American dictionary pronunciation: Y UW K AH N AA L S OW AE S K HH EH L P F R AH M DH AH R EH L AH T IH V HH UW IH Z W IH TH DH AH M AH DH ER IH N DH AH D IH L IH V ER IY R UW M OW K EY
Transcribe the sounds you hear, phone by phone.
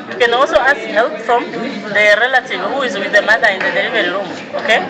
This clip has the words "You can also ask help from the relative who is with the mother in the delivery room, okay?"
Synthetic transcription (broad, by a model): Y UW K AH N AA L S OW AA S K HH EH L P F R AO M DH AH R EH L AH T IH V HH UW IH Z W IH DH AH M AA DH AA IH N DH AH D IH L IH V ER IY L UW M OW K EY